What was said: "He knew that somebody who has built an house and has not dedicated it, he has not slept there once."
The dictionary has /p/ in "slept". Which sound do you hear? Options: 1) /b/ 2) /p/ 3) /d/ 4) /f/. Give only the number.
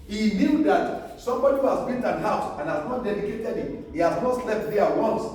4